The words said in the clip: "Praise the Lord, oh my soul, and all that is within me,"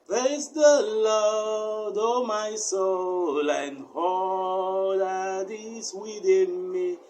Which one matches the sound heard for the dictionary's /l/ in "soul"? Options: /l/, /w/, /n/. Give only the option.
/l/